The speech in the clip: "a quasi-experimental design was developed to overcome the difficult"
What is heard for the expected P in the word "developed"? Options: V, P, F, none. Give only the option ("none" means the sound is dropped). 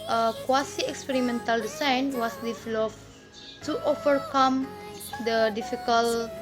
F